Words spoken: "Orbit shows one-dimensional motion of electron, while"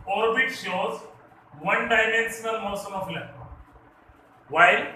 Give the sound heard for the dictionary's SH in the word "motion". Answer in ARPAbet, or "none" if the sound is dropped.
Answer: S